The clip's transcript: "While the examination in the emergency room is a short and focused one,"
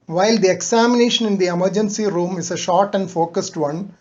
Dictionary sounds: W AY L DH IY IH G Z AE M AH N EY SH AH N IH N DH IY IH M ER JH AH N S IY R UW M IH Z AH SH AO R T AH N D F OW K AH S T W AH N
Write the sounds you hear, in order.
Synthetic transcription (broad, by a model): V AY L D IY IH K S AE M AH N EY SH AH N IH N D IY IH M ER JH AH N S IY R UW M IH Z AH SH AO R T AH N D F OW K AH S T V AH N